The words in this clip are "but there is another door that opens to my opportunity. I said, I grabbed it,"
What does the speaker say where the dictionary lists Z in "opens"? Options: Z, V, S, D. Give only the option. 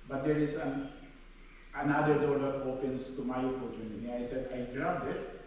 S